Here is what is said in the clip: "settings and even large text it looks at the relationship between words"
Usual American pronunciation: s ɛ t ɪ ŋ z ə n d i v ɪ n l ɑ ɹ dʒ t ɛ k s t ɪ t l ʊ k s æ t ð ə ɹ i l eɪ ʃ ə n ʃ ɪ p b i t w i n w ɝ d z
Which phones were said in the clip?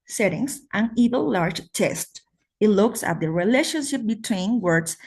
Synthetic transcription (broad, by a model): s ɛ t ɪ ŋ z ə n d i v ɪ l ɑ ɹ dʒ t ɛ s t ɪ t l ʊ k s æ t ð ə ɹ i l eɪ ʃ ə n ʃ ɪ p b i t w i n w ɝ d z